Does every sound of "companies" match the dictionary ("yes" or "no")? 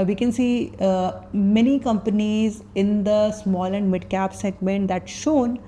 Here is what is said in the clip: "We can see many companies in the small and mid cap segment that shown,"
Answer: yes